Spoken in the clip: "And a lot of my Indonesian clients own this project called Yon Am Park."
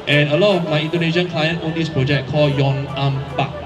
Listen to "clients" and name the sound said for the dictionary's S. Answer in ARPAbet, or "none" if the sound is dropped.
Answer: none